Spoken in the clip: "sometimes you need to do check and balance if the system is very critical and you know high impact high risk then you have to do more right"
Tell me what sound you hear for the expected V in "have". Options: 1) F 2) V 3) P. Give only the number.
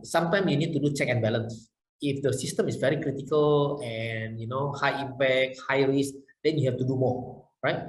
1